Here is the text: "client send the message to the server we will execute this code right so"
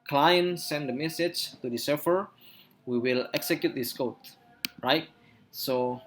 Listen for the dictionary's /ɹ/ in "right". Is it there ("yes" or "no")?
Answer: yes